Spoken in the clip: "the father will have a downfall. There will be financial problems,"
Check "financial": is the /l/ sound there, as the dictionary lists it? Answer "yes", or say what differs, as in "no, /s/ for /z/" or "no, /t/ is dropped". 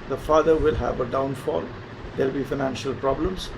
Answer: yes